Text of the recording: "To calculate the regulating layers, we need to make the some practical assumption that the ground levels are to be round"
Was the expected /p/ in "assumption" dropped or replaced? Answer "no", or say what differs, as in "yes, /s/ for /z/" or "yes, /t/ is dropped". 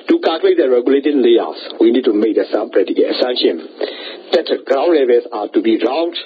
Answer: yes, /p/ is dropped